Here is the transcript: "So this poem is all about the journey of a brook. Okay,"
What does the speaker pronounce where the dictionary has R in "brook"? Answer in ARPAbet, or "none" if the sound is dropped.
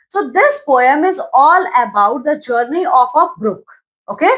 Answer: R